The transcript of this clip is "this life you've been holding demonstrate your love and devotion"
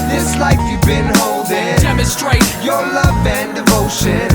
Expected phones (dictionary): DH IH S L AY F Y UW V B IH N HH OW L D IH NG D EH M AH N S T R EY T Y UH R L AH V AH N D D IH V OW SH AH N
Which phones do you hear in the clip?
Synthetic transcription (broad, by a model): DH IH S L AY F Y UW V B IH N HH OW L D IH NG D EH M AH S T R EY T Y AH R L AH V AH N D D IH V OW SH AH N